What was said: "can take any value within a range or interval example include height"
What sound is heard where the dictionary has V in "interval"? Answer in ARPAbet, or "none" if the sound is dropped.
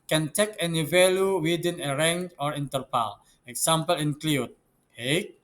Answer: P